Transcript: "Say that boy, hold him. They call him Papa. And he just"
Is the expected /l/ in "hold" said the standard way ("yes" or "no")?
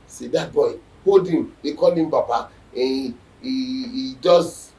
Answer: no